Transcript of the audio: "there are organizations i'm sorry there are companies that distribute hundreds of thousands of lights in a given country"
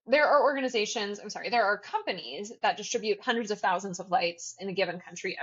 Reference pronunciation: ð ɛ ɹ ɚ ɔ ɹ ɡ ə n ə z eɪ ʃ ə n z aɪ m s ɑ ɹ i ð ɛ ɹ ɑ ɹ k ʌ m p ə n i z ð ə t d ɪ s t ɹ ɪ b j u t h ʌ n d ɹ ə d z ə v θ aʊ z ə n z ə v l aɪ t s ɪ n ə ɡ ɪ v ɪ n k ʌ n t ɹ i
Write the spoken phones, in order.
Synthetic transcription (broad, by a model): ð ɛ ɹ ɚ ɔ ɹ ɡ ə n ə z eɪ ʃ ə n z aɪ m s ɑ ɹ i ð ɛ ɹ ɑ ɹ k ʌ m p ə n i z ð ə t d ɪ s t ɹ ɪ b j u t h ʌ n d ɹ ə d z ə v θ aʊ z ə n z ə v l aɪ t s ɪ n ə ɡ ɪ v ɪ n k ʌ n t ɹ i